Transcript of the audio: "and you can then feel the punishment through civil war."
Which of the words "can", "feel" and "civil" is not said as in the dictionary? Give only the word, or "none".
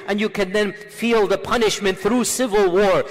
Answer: none